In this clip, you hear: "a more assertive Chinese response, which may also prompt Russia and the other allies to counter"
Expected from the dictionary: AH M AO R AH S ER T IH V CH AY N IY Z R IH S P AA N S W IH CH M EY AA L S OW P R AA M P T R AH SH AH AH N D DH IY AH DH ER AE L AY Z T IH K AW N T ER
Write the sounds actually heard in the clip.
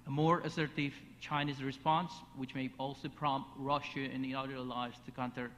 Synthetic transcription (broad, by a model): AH M AO R AH S ER T IH V CH AY N IY Z R IH S P AA N S W IH CH M EY AA L S OW P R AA M P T R AH SH AH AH N DH IY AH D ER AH L AY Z T IH K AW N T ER